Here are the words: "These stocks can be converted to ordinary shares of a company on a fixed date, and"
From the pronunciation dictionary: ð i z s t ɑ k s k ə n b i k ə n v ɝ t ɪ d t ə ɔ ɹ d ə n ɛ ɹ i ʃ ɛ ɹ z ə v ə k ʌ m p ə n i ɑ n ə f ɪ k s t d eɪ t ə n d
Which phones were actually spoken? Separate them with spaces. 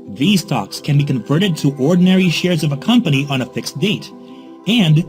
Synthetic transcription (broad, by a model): ð i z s t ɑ k s k ə n b i k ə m v ɝ t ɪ d t ə ɔ ɹ d n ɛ ɹ i ʃ ɛ ɹ z ə v ə k ʌ m p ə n i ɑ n ə f ɪ k s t d eɪ t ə n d